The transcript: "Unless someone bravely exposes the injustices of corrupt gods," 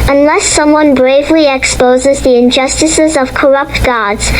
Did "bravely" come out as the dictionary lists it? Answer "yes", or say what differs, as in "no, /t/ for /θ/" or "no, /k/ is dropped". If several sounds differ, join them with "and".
yes